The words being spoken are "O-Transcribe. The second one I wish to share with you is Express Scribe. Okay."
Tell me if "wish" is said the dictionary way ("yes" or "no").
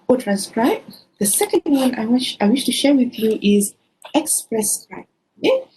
yes